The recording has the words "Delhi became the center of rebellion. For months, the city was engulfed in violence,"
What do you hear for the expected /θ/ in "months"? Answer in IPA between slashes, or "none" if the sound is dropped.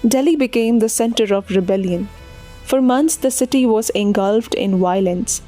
/t/